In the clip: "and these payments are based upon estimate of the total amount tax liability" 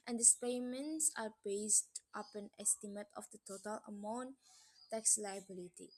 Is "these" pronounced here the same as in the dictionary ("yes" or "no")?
no